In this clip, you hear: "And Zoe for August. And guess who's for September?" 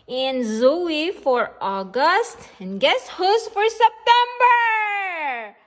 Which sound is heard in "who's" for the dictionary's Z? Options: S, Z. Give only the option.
S